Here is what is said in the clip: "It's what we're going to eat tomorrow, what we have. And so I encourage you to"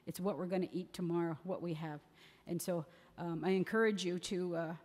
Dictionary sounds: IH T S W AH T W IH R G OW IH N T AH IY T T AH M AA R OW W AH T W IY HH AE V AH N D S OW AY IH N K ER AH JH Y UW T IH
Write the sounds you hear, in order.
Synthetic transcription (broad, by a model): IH T S W AH T W IH R G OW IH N T IY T T AH M AA R OW W AH T W IY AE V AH N S OW AY IH N K ER AH JH Y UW T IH